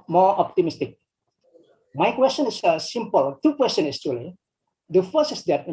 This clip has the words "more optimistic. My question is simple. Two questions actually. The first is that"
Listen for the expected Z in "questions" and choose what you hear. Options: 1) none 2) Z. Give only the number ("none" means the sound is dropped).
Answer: 1